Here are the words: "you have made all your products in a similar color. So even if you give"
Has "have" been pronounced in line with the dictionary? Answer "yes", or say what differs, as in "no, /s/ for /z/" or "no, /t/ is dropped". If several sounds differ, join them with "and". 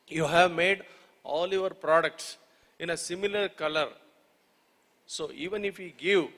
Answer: yes